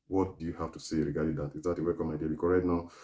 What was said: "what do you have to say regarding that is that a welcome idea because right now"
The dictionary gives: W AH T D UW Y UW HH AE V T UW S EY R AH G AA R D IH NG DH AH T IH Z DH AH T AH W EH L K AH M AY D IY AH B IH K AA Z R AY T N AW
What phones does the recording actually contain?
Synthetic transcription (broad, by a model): W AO T D UW Y UW HH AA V T UW S EY R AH G AA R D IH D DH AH T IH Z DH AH T AH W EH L K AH M AY D IY AH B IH K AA R AY T N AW